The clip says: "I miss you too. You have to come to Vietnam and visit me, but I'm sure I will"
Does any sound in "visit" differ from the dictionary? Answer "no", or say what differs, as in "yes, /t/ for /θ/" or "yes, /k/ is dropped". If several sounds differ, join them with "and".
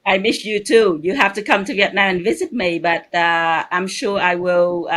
no